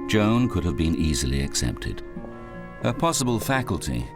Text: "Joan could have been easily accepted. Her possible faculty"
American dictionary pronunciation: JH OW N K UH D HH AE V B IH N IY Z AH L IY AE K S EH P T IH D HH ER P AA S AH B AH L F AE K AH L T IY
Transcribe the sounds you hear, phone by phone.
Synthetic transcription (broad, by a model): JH OW N K UH D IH V B IH N IY Z AH L IY AE K S EH P T IH D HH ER P AA S AH B AH L F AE K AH L T IY